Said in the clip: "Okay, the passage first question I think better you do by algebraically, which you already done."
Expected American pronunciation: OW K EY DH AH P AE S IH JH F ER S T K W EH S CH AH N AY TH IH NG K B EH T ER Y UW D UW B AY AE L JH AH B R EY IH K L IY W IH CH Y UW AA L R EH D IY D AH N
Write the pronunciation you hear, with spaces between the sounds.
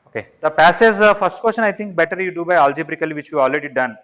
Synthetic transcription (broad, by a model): OW K EY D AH P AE S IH Z F ER S T K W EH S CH AH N AY T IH NG K B EH T ER Y UW D UW B AY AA L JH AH B R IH K L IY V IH CH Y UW AA L R EH D IY D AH N